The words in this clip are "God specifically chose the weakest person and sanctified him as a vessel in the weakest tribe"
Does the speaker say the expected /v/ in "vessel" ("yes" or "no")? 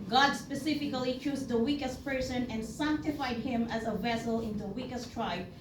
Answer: yes